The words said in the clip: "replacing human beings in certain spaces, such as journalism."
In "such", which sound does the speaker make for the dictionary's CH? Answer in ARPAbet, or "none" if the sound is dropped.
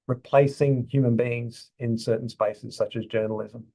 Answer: CH